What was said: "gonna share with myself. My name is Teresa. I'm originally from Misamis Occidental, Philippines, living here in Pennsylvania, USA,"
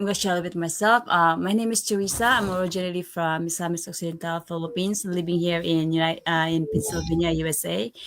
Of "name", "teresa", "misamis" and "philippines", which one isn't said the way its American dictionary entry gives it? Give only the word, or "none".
philippines